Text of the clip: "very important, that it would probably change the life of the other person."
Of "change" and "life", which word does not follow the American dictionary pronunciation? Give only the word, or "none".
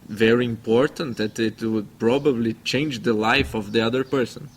none